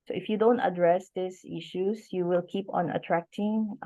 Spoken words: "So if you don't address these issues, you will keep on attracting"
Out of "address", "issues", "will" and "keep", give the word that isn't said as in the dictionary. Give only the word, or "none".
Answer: issues